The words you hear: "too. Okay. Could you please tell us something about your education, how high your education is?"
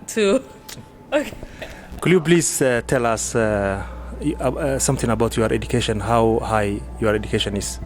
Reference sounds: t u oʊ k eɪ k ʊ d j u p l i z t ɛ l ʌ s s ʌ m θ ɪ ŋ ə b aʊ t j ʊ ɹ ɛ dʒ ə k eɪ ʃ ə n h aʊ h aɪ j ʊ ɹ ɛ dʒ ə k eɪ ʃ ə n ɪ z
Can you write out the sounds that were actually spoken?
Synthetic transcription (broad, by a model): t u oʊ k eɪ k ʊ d j u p l i s t ɛ l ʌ s s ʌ m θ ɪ ŋ ə b aʊ t j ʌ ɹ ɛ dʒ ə k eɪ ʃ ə n h aʊ h aɪ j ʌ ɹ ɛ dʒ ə k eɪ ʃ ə n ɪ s